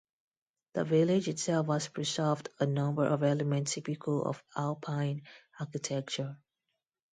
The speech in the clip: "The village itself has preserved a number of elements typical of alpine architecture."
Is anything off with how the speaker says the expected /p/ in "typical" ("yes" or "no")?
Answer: no